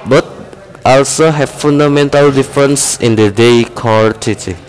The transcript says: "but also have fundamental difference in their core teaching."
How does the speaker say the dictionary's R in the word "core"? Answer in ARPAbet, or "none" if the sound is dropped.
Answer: L